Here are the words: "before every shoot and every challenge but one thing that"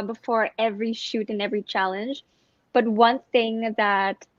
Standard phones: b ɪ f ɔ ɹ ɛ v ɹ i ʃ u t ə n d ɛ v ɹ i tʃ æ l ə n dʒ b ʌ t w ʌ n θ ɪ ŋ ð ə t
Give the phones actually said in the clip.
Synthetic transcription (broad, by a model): b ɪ f ɔ ɹ ɛ v ɹ i ʃ u t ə n ɛ v ɹ i tʃ æ l ə n dʒ b ʌ t w ʌ n θ ɪ ŋ ð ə t